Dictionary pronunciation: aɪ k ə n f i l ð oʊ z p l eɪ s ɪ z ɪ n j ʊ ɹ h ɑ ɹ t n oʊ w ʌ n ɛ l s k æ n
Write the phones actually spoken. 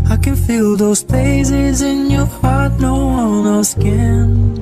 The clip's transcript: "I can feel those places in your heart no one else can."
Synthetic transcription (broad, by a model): aɪ k ə n f i l ð oʊ z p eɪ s ɪ z ɪ n j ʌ ɹ h ɑ ɹ t n oʊ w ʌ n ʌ s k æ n